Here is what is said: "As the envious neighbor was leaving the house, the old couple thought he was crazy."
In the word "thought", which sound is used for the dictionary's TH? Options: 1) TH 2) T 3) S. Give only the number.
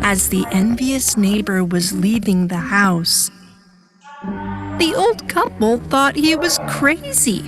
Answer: 1